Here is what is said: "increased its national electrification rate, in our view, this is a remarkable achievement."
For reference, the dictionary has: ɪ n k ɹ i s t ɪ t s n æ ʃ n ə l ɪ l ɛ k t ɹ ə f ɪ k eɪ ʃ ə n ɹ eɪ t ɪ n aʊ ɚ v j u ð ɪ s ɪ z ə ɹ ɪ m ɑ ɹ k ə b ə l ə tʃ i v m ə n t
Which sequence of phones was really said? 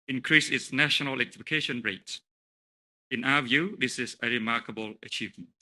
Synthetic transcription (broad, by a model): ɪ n k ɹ i s ɪ t s n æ ʃ ə n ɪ l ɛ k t ə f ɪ k eɪ ʃ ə n ɹ eɪ t ɪ n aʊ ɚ v j u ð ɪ s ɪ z ə ɹ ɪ m ɑ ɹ k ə b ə l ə tʃ i v m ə n t